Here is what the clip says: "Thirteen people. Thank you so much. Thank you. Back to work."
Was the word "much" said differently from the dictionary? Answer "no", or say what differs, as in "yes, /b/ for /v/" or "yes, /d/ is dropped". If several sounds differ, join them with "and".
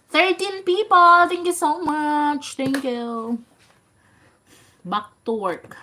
no